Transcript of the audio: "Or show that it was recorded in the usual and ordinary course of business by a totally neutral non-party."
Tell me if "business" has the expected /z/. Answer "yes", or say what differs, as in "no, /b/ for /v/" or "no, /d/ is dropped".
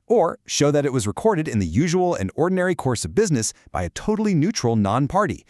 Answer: yes